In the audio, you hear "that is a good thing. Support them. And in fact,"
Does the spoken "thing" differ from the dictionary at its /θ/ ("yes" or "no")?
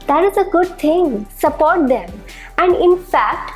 yes